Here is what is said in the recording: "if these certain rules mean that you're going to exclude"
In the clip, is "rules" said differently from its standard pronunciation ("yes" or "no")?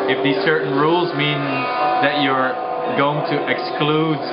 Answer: no